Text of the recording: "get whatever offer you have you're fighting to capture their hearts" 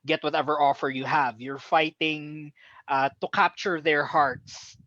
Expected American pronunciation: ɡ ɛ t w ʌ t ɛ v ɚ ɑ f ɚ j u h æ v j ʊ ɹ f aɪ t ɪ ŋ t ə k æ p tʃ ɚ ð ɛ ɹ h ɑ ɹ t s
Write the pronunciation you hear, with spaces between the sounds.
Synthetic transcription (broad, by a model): ɡ ɛ t w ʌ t ɛ v ɚ ɑ f ɚ j u h æ v j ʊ ɹ f aɪ t ɪ ŋ t ə k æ p tʃ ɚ ð ɛ ɹ h ɑ ɹ t s